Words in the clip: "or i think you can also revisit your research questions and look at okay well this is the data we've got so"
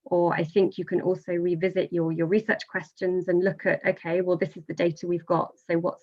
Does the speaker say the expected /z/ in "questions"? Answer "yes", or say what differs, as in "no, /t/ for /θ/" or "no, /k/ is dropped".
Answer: yes